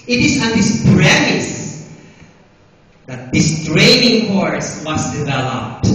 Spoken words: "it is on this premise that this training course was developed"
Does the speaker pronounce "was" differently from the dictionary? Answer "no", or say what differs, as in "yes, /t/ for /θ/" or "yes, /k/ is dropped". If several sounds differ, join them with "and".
yes, /s/ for /z/